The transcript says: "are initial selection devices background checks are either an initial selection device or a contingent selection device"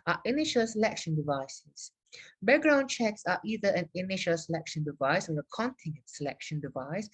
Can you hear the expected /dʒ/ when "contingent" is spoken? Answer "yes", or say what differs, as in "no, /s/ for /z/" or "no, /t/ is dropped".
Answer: no, /dʒ/ is dropped